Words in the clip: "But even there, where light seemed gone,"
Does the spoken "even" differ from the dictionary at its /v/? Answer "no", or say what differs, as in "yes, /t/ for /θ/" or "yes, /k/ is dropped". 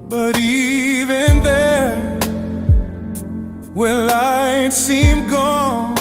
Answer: no